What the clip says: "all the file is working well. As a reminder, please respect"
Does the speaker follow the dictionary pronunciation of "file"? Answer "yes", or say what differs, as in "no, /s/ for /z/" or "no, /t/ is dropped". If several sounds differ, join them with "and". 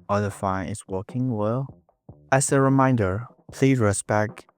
no, /n/ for /l/